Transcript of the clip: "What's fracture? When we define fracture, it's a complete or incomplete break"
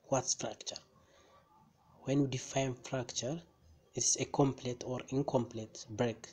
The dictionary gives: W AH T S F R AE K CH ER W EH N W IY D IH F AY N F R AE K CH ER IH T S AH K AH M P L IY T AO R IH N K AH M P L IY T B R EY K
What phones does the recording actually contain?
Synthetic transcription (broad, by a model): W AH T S F R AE K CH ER W EH N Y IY D IH F AY N F R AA K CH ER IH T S AH K AH M P L IY T AO R IH N K AH M P L IY T B R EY K